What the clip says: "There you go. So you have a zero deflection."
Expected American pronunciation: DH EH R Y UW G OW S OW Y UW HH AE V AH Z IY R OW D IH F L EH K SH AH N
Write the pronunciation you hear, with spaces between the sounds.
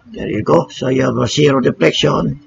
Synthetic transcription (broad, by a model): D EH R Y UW G OW S OW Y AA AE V AH S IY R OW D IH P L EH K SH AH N